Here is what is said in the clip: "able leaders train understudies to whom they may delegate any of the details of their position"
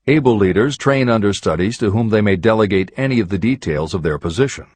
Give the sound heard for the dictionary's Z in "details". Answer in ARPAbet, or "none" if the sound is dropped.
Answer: Z